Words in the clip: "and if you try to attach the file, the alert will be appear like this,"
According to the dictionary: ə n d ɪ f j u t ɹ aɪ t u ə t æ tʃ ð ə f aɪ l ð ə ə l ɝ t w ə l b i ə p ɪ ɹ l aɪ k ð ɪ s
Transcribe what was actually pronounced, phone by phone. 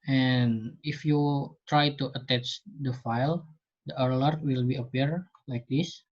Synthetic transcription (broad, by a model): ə n ɪ f j u t ɹ aɪ t u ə t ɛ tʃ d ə f aɪ l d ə ə l ɝ t w ə l b i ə p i ɹ l aɪ k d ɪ s